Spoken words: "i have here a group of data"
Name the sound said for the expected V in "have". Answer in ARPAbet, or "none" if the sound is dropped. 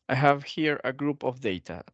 V